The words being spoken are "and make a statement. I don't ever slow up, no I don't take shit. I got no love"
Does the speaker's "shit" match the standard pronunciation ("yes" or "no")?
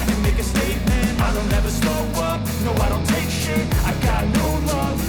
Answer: no